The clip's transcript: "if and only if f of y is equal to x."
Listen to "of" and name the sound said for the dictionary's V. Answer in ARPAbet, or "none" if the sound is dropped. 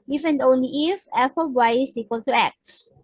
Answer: B